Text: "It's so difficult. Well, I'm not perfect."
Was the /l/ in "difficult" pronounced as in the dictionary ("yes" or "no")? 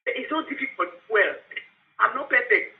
no